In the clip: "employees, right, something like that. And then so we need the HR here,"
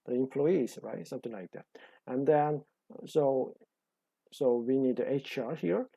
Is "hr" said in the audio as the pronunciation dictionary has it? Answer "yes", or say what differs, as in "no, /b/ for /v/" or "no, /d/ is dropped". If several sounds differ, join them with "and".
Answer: yes